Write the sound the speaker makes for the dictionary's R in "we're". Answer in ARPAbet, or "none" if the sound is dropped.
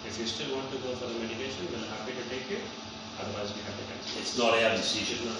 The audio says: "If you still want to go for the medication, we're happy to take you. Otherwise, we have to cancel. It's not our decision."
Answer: L